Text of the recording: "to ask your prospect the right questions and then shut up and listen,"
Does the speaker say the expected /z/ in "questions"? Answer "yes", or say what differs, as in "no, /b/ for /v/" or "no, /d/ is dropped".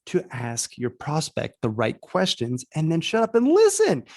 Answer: yes